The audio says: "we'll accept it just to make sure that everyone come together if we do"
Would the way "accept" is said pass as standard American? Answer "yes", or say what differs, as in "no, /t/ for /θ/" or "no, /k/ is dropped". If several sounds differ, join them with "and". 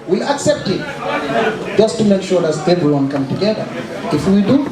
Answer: yes